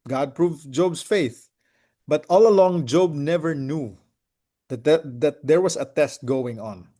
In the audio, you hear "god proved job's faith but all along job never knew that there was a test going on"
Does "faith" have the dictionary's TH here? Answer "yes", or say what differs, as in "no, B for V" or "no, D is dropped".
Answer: yes